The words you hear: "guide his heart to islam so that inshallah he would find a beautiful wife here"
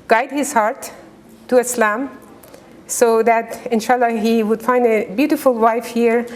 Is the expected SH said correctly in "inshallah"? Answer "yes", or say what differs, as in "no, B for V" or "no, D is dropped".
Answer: yes